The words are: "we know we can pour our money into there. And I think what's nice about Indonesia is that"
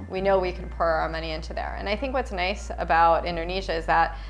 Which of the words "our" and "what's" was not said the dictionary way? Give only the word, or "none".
none